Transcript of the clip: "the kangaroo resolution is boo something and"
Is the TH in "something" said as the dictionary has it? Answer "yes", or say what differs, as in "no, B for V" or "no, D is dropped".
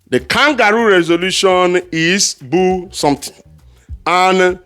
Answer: no, T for TH